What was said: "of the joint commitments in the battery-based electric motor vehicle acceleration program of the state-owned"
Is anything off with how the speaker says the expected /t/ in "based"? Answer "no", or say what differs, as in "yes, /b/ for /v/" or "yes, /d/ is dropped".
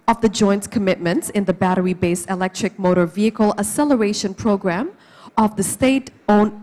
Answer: yes, /t/ is dropped